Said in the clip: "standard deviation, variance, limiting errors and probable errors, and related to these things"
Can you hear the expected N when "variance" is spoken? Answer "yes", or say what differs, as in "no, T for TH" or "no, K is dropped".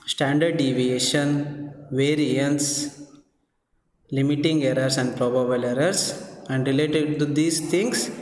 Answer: yes